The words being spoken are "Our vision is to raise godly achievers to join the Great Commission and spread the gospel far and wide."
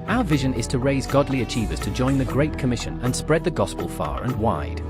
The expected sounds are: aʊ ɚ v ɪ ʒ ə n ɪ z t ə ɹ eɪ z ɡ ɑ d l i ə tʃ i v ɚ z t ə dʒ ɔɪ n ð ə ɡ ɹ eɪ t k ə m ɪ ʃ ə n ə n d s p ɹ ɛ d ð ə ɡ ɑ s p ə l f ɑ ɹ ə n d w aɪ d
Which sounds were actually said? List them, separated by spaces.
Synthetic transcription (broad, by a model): aʊ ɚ v ɪ ʒ ə n ɪ z t ə ɹ eɪ z ɡ ɑ d l i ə tʃ i v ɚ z t ə dʒ ɔɪ n ð ə ɡ ɹ eɪ t k ə m ɪ ʃ ə n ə n s p ɹ ɛ d ð ə ɡ ɑ s p ə l f ɑ ɹ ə n w aɪ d